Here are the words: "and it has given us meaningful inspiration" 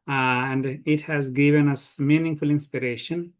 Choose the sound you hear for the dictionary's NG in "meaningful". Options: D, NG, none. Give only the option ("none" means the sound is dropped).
NG